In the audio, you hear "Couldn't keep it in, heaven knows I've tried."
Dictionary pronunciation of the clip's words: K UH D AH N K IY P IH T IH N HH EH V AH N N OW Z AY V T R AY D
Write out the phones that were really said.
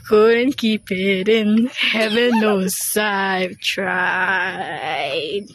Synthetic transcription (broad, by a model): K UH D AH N K IY P IH T IH N HH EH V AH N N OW S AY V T R AY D